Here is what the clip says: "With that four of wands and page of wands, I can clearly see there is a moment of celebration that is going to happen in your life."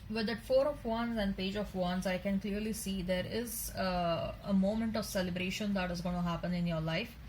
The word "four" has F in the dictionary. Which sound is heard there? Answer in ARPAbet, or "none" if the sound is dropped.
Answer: F